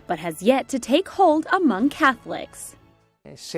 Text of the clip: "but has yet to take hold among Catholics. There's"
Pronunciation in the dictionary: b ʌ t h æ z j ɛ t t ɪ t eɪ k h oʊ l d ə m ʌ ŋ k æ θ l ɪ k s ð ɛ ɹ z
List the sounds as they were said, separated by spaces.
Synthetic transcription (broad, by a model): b ʌ t h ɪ z j ɛ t t ɪ t eɪ k h oʊ l d ə m ʌ ŋ k æ θ l ɪ k s